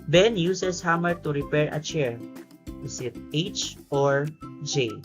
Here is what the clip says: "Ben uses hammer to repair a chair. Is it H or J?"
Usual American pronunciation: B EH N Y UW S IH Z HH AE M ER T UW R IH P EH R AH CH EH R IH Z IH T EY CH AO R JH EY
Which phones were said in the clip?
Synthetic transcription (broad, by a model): B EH N Y UW S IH S HH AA M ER T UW R IH P EH R AH CH EH R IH S IH T EY CH AO R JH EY